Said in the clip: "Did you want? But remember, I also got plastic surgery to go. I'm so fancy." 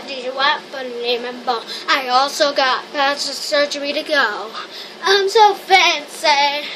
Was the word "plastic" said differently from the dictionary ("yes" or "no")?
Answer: yes